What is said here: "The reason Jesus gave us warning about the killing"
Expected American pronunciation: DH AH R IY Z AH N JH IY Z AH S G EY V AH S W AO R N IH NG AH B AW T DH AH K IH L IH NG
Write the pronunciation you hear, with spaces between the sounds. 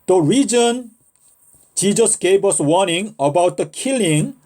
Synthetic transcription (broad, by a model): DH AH R IY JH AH N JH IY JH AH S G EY P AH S W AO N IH NG AH B AW T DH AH K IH L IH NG